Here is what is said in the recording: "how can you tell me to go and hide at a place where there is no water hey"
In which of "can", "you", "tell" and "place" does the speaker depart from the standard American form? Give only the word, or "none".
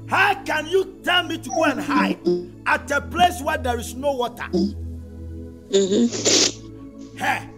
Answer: tell